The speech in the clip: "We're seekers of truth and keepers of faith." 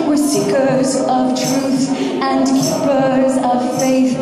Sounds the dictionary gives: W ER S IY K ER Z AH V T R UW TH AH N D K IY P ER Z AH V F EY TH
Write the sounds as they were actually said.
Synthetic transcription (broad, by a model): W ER S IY K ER Z AH V T R UW TH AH N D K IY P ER Z AH V F EY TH